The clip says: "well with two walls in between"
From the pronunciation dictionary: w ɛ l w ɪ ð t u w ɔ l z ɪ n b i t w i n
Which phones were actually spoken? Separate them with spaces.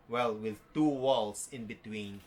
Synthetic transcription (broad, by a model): w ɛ l w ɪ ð t u w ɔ l s ɪ n b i t w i n